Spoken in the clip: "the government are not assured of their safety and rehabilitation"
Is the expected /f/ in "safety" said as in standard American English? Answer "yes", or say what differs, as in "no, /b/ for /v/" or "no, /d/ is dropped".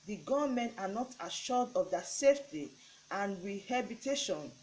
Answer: yes